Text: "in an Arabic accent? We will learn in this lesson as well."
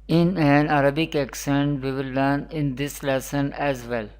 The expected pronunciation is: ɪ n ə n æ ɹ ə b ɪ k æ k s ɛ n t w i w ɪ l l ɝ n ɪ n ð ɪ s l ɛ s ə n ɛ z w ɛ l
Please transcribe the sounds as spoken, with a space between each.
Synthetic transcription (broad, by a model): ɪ n ə n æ ɹ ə b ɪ k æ k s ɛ n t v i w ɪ l n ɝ n ɪ n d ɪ s l ɛ s ə n ɛ z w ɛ l